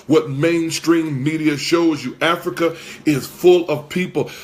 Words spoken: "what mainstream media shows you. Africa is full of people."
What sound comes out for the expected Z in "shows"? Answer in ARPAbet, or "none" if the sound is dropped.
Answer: Z